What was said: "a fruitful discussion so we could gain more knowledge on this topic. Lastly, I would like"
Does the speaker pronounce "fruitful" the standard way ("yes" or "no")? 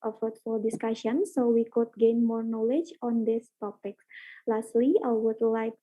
no